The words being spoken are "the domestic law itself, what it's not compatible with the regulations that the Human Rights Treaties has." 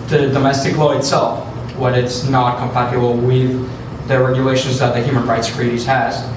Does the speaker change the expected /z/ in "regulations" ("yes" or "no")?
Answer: no